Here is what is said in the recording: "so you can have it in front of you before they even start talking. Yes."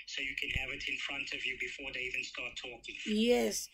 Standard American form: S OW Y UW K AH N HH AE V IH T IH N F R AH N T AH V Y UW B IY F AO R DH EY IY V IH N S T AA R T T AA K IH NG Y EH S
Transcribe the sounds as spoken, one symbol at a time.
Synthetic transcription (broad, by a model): S OW Y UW K AH N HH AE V IH T IH N F R AH N T AH V Y UW B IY F AO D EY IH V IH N S T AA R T T AA K IH NG Y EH S